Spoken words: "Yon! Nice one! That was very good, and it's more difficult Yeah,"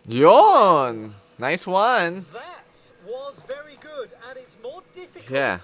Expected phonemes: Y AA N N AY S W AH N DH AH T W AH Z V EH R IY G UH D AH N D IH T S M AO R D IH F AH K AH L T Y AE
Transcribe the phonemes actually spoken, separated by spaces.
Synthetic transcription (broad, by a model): Y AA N N AY S W AH N DH AH T W AH Z V EH R IY G UH D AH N IH T S M AO R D IH F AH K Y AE